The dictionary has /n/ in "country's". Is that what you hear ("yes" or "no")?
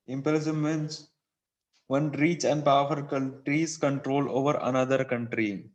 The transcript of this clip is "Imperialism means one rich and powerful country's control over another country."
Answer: no